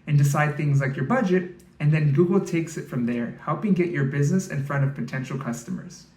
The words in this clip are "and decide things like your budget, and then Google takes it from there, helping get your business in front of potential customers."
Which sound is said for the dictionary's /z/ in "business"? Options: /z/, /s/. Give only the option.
/z/